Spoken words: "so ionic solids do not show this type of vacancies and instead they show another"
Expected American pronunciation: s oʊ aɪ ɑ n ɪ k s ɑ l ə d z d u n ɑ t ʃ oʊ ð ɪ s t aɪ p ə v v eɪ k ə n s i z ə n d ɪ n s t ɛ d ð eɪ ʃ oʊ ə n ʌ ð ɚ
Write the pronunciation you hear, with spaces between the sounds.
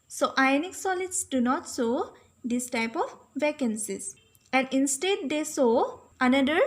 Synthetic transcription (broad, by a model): s oʊ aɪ n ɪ k s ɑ l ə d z d u n ɑ t s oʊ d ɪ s t aɪ p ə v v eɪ k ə n s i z ə n d ɪ n s t ɛ d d eɪ s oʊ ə n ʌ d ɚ